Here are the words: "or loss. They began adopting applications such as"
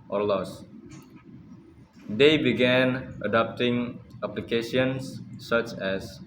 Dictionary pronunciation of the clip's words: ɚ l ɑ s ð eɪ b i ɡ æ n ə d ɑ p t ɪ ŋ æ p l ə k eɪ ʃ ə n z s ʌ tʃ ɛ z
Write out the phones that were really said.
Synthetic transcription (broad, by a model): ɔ l ɑ s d eɪ b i ɡ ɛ n ə d ɑ p t ɪ ŋ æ p l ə k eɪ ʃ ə n s ʌ tʃ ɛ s